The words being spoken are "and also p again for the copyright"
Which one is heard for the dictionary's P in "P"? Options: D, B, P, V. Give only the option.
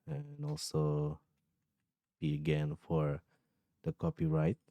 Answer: B